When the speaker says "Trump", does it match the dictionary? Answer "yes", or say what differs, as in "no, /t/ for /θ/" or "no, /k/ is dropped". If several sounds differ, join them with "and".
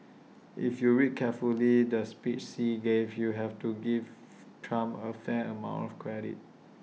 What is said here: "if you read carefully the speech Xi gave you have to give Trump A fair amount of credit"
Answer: no, /p/ is dropped